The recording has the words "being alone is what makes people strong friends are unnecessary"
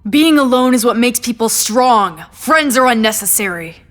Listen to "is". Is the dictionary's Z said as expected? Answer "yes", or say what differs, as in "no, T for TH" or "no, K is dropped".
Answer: yes